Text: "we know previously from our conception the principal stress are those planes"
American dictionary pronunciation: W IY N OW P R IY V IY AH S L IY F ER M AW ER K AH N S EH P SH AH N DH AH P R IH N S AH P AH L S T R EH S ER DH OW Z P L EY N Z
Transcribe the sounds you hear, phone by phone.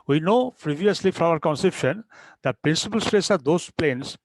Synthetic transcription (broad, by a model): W IY N OW P R IY V IY AH S L IY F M AW ER K AH N S EH P SH AH N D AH P R IH N S AH P AH L S T R EH S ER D OW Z P L EY N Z